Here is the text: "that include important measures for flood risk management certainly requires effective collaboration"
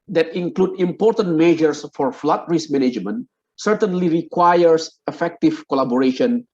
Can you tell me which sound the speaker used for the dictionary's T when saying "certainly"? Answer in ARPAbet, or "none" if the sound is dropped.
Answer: T